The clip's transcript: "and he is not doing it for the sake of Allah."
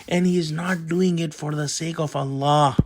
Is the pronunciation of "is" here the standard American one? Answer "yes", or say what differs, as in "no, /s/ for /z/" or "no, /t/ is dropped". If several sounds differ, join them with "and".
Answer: yes